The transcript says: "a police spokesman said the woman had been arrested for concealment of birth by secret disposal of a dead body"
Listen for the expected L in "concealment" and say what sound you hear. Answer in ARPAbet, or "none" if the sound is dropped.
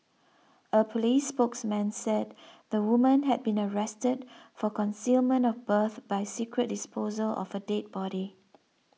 L